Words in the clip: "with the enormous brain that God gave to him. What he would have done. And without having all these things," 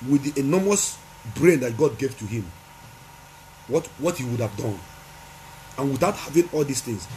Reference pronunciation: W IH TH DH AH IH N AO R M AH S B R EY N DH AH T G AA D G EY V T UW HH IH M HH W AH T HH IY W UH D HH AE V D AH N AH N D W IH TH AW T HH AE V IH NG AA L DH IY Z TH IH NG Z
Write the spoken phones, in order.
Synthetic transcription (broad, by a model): W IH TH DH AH N AO M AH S B R EY N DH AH T G AA D G EY V T UW HH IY M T W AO T HH IY W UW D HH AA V D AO N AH N W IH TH AW T HH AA V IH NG AA L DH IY S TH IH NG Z